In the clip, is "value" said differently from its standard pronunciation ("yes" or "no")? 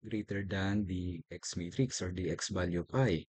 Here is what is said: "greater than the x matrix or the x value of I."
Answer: yes